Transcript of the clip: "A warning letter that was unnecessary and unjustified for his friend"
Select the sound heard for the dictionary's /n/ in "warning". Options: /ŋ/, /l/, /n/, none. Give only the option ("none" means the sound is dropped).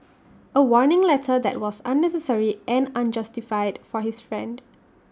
/n/